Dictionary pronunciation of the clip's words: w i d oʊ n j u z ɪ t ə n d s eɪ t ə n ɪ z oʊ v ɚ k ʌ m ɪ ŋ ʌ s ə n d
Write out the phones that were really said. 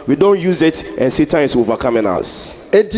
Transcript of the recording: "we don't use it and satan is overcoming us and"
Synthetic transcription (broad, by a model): w i d oʊ n j u z ɪ t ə n s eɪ t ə ɪ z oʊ v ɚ k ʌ m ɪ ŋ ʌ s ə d